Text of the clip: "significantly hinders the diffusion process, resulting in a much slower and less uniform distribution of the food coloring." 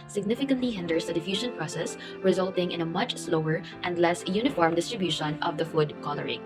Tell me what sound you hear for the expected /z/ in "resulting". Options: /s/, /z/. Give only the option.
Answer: /z/